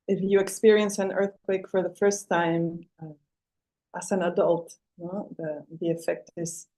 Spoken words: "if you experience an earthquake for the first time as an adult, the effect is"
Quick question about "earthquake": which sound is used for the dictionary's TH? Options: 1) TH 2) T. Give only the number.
1